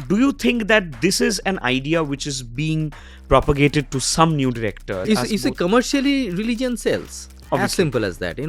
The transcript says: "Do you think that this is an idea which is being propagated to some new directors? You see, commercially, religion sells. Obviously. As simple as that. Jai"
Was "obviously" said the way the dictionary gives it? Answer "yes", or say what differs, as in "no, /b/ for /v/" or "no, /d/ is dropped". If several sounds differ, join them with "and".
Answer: no, /l/ is dropped